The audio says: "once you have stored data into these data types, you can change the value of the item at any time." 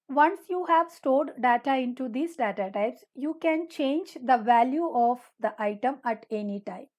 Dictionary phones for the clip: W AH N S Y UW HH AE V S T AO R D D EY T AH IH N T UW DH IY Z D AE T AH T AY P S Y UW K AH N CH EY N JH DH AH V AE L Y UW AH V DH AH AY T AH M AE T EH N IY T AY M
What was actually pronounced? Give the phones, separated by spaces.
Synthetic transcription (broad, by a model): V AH N S Y UW HH AE V S T AO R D D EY T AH IH N T UW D IY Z D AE T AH T AY P S Y UW K AH N CH EY N JH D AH V AE L Y UW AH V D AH AY T AH M AE T EH N IY T AY M